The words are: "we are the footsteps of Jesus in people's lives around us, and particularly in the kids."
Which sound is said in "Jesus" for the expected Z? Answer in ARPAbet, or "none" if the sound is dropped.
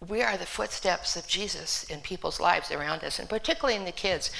Z